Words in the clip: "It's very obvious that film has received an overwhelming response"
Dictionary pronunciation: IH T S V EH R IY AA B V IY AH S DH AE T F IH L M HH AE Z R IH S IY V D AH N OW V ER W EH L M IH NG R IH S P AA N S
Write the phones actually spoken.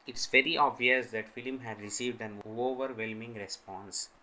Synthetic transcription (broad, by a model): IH T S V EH R IY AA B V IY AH S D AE T F IH L M HH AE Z R IH S IY V D AH N OW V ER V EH L M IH NG R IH S P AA N S